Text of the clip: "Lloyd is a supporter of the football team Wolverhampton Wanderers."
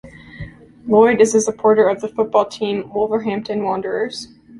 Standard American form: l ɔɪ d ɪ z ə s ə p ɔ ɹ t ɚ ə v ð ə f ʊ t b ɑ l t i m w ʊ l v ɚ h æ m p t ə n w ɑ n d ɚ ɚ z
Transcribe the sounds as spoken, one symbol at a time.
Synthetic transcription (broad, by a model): l ɔɪ d ɪ z ə s ə p ɔ ɹ t ɚ ə v ð ə f ʊ t b ɑ l t i m w ʊ l v ɚ h æ m p t ə n w ɑ n d ɚ ɚ z